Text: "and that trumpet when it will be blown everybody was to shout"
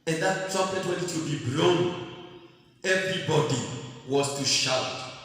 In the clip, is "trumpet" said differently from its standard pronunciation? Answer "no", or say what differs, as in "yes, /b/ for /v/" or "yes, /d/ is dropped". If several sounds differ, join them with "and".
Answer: yes, /m/ is dropped